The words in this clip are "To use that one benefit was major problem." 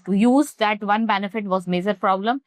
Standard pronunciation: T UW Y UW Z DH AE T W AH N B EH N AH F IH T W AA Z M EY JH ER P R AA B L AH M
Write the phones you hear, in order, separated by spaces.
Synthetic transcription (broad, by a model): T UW Y UW Z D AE T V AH N B EH N AH F IH T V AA Z M EY JH ER P R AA B L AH M